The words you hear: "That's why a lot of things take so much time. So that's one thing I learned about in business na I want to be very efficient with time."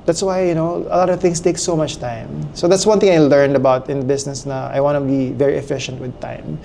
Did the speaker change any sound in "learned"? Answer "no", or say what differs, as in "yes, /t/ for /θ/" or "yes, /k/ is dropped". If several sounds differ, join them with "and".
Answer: no